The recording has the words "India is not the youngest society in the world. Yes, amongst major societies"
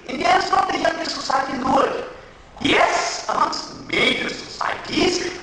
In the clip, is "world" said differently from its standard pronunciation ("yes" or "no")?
yes